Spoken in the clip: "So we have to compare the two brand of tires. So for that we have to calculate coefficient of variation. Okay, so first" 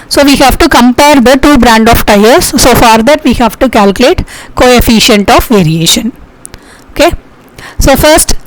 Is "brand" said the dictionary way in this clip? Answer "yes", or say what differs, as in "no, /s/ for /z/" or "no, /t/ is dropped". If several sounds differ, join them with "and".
yes